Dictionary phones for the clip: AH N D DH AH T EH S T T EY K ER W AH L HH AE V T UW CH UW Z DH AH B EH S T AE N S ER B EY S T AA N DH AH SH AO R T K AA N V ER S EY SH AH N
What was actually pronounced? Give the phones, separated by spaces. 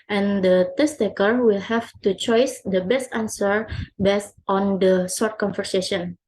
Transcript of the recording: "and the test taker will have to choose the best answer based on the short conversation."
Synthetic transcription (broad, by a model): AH N D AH T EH S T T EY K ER W AH L HH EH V T UW CH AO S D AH B EH S T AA N S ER B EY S T AA N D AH S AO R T K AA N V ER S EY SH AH N